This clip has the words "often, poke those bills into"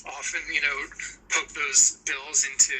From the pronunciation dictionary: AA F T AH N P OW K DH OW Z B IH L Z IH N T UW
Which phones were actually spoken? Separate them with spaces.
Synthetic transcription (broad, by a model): AA F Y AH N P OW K DH OW Z B IH L Z IH N T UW